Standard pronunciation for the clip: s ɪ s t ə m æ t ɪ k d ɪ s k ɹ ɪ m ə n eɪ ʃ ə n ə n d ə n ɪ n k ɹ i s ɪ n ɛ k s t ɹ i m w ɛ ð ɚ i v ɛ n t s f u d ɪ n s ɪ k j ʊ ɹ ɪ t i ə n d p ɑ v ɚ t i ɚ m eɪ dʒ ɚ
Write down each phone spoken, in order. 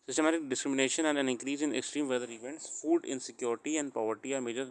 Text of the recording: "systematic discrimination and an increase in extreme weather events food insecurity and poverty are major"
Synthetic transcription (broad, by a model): s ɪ s t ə m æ t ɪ k d ɪ s k ɹ ɪ m ə n eɪ ʃ ə n ə n d ə n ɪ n k ɹ i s ɪ n ɛ k s t ɹ i m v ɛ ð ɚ i v ɛ n t s f u d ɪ n s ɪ k j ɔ ɹ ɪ t i ə n d p ɑ v ɚ t i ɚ m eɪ dʒ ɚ